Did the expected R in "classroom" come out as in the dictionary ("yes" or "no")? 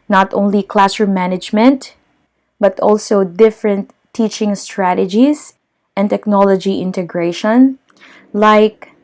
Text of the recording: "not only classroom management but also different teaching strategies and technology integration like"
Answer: no